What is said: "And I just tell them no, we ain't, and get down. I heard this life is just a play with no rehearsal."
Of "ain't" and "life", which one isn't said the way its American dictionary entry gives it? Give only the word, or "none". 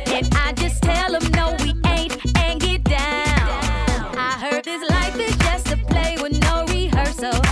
none